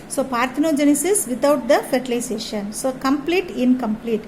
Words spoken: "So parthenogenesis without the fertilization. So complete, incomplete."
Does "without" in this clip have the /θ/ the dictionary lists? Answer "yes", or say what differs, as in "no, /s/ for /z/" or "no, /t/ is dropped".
no, /t/ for /θ/